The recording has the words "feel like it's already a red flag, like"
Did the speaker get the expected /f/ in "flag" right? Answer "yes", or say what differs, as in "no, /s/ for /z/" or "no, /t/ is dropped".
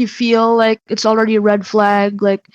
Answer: yes